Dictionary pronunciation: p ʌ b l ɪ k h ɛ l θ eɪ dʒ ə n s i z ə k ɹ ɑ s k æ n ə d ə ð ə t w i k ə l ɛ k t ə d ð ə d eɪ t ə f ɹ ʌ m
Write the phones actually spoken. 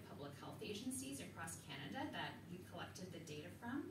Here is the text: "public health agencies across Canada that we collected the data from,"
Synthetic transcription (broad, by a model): p ʌ b l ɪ k h ɛ l θ eɪ dʒ ə n s i z ə k ɹ ɑ s k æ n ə d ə ð ə t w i k ə l ɛ k t ə d ð ə d eɪ t ə f ɹ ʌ m